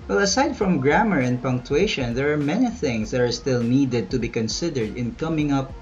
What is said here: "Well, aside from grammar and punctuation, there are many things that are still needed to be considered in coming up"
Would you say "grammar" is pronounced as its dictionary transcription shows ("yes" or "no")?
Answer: yes